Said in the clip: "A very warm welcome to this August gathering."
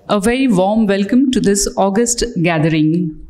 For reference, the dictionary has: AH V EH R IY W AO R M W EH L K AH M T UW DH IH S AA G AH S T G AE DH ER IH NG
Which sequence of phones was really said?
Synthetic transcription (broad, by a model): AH V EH IY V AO M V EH L K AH M T UW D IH S AA G AH S T G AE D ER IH NG